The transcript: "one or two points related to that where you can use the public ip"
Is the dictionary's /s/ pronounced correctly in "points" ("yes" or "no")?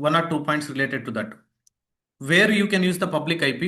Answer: yes